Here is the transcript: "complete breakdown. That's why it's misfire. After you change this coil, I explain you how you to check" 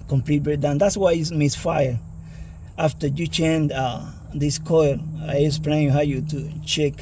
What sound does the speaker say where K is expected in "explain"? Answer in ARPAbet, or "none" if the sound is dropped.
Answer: none